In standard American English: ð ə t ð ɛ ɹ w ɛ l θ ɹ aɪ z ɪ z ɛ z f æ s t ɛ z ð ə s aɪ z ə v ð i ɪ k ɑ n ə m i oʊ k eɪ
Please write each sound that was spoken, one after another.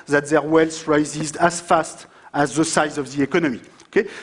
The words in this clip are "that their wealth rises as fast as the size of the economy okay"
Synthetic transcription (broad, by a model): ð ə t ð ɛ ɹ w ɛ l s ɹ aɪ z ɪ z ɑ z f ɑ s t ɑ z ð ə s aɪ z ə v ð i ɪ k ɑ n ə m i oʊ k eɪ